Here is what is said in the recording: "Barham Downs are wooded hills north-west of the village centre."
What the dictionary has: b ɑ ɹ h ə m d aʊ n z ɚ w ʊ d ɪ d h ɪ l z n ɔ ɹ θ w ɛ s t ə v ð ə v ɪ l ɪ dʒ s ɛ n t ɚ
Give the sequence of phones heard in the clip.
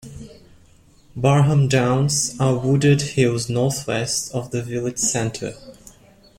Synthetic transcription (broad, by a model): b ɑ ɹ h ə m d aʊ n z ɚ w ʊ d ɪ d h ɪ l z n ɔ ɹ θ w ɛ s t ə v ð ə v ɪ l ɪ dʒ s ɛ n t ɚ